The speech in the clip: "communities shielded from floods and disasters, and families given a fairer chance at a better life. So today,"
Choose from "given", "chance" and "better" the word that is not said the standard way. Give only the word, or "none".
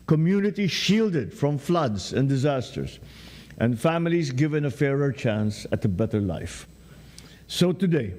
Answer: none